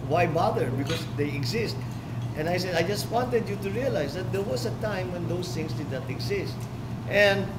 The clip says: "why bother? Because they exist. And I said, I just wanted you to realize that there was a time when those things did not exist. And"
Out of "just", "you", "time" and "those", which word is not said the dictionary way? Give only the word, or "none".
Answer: those